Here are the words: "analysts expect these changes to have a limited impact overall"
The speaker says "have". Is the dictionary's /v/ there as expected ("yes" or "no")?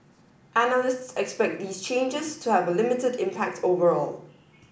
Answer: yes